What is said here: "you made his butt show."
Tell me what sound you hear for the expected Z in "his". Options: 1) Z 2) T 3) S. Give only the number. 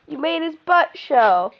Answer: 3